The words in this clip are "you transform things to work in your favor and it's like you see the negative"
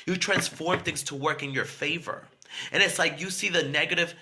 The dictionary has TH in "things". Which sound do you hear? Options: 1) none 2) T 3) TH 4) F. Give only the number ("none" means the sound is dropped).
3